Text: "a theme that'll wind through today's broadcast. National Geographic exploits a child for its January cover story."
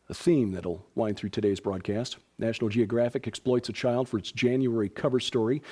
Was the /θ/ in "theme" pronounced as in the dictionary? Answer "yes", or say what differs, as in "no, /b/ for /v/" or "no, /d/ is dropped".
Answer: yes